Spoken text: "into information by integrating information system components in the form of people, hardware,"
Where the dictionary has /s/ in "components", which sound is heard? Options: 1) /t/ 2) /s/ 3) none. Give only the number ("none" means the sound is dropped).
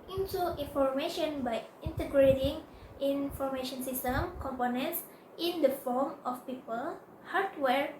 2